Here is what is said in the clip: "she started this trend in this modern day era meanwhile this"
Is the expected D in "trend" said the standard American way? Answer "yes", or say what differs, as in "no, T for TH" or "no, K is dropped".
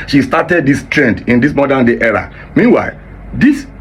yes